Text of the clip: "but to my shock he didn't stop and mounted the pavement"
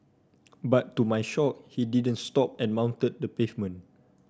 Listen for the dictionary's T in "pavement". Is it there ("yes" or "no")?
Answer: no